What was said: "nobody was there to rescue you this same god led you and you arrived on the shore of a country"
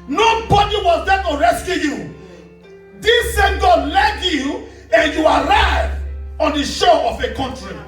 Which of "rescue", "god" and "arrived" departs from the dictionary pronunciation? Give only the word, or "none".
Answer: arrived